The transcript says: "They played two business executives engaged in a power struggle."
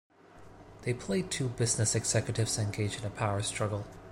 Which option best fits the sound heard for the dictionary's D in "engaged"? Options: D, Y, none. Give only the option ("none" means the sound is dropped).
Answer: none